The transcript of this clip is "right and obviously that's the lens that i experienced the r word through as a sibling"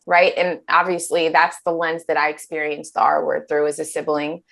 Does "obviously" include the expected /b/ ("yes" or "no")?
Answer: yes